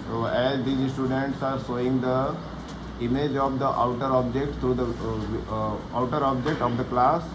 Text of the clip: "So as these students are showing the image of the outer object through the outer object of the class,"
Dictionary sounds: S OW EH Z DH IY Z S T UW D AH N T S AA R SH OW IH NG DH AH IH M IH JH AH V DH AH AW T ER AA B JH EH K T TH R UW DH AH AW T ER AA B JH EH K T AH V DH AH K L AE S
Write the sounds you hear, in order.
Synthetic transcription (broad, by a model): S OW EH Z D IY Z S T UW D AH N T S AA R S OW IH NG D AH IH M IH JH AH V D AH AW T ER AA B JH EH K T T R UW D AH AW T ER AA B JH EH K T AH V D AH K L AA S